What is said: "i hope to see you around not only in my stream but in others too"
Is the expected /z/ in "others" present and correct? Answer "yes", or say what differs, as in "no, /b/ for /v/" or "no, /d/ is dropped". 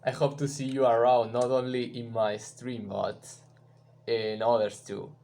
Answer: no, /s/ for /z/